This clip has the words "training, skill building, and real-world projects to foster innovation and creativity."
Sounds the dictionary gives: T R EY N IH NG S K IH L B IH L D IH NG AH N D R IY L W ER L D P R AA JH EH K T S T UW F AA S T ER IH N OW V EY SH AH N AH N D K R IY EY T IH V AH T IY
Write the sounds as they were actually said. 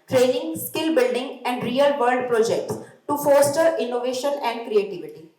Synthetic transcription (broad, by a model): T R EY N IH NG S K IH L B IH L D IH NG AH N D R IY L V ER D P R AA JH EH K T S T UW F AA S T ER IH N OW V EY SH AH N AH N D K R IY EY T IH V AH T IY